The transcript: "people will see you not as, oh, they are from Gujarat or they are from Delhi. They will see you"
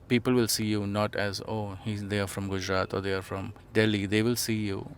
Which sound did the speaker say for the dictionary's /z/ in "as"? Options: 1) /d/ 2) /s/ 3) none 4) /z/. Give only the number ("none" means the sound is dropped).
4